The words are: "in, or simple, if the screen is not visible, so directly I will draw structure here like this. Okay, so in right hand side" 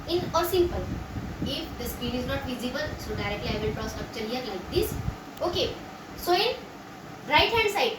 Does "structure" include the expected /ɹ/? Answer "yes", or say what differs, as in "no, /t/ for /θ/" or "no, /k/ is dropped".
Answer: no, /ɹ/ is dropped